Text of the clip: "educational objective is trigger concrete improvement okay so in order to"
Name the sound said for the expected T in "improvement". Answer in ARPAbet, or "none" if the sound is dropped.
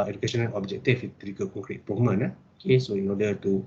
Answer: none